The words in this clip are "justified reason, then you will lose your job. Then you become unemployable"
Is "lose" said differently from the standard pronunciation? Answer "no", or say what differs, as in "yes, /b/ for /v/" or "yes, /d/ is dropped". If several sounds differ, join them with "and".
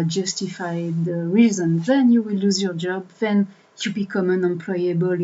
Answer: no